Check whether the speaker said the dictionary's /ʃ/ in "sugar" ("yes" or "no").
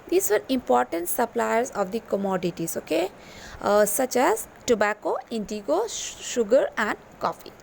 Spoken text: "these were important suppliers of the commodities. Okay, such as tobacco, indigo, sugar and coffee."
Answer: yes